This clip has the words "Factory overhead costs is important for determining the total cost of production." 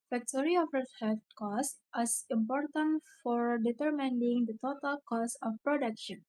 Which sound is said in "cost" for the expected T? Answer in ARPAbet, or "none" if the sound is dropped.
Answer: none